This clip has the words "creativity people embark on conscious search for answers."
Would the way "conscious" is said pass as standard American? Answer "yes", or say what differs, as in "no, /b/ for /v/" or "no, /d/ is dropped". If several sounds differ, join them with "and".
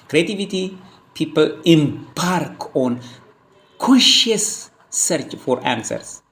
no, /n/ is dropped